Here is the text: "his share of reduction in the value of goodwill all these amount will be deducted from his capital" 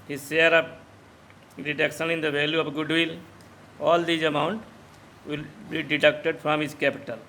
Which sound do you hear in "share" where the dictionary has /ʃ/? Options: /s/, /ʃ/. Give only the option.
/s/